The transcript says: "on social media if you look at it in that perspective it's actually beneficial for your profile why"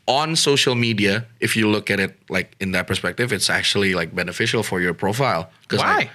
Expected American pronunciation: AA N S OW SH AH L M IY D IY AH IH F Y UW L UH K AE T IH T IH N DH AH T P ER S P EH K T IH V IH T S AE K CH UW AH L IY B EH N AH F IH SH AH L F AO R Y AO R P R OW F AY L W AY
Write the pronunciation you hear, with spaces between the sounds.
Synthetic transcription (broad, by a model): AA N S OW SH AH L M IY D IY AH IH F Y UW L UH K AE T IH T IH N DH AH T P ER S P EH K T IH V IH T S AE K CH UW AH L IY B EH N AH F IH SH AH L F AO R Y AO R P R OW F AY L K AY